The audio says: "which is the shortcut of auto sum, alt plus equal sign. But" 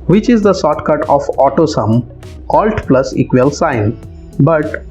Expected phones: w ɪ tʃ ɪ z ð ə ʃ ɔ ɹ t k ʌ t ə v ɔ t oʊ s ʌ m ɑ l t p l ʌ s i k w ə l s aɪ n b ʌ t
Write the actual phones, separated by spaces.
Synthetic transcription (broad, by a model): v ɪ tʃ ɪ z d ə s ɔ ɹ t k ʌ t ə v ɔ t oʊ s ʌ m ɑ l t p l ʌ s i k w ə l s aɪ n b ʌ t